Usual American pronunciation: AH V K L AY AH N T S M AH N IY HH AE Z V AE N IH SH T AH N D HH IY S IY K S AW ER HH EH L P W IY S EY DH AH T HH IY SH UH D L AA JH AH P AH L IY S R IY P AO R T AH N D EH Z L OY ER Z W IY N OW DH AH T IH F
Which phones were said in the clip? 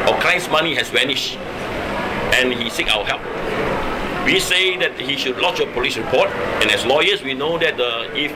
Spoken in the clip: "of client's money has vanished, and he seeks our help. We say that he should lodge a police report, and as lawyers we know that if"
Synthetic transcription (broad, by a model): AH K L AY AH N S M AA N IY HH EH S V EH N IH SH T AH N HH IY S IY K AW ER HH EH L P W IY S EY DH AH T HH IY SH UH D L AA CH AH P AH L IY S R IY P AO T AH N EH S L OY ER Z W IY N OW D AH T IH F